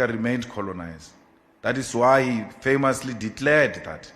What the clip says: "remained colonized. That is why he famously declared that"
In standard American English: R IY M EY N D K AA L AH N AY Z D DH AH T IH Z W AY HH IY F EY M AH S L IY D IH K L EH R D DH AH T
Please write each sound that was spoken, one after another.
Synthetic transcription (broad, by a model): R IY M EY N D K AA L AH N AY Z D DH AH T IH S W AY HH IY F EY M AH S L IY D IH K L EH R D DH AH T